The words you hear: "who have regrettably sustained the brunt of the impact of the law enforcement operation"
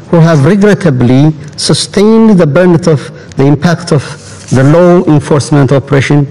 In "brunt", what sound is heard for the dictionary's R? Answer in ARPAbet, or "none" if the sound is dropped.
none